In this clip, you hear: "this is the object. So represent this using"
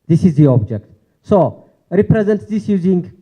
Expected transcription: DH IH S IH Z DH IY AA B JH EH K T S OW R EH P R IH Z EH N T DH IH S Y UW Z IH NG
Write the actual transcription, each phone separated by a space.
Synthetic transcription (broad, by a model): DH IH S IH Z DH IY AA B JH EH K T S OW R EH P R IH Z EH N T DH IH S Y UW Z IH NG